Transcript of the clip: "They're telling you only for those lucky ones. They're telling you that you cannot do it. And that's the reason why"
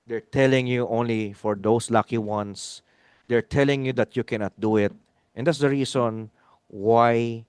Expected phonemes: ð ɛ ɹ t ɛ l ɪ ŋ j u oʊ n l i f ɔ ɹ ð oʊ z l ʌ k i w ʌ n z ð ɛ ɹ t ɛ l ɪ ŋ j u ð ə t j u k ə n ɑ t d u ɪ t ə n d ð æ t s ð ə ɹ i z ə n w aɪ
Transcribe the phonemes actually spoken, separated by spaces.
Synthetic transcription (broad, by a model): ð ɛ ɹ t ɛ l ɪ ŋ j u oʊ n l i f ɔ ɹ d oʊ s l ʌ k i w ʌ n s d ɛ ɹ t ɛ l ɪ ŋ j u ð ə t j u k ə n ɑ t d u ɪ t ə n d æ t s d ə ɹ i s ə n w aɪ